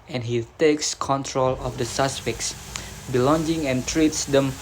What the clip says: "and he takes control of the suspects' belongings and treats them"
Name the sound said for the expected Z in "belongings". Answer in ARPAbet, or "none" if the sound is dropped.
none